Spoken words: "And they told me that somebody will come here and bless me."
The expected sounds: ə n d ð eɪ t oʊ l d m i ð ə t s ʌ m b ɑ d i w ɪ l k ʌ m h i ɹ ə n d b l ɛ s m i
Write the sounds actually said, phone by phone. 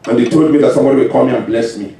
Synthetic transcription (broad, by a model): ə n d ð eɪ t oʊ l d m i ð ə t s ʌ m b ɑ d i w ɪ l k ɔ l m i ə n b l ɛ s m i